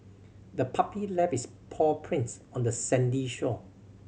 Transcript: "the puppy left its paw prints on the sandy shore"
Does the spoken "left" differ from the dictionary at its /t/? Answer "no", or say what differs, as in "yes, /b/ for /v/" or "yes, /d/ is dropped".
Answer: yes, /t/ is dropped